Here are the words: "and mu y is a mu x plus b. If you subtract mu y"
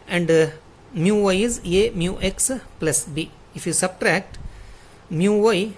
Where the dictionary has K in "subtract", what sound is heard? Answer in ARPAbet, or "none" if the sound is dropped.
K